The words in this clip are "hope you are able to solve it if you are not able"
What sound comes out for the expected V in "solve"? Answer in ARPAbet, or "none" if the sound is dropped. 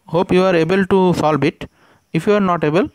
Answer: B